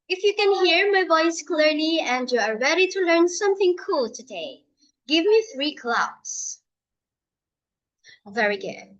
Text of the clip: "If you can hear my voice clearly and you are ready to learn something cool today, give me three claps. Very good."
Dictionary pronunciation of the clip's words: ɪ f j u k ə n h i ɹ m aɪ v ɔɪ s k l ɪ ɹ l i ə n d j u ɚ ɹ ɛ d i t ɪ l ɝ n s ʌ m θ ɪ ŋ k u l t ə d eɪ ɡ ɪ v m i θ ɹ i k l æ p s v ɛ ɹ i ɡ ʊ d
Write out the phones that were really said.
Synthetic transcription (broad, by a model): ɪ f j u k ə n h i ɹ m aɪ v ɔɪ s k l ɪ ɹ l i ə n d j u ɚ ɹ ɛ d i t ɪ l ɝ n s ʌ m θ ɪ ŋ k u l t ə d eɪ ɡ ɪ v m i θ ɹ i k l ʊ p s v ɛ ɹ i ɡ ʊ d